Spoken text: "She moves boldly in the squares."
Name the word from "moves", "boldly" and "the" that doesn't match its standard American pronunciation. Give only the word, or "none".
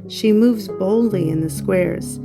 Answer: none